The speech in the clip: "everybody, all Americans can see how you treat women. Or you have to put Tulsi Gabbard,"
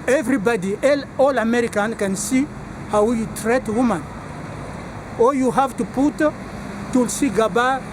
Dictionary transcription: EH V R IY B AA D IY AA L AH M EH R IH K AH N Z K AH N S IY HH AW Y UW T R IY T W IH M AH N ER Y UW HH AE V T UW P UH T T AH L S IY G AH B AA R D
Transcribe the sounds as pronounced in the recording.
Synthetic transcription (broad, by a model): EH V R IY B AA D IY AA L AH M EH R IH K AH N K AH N S IY HH AW Y UW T R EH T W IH M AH N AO Y UW HH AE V T UW P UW T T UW L S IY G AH B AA